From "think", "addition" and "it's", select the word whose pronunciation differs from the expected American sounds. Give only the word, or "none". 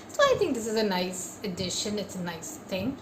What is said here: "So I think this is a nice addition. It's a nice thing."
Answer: none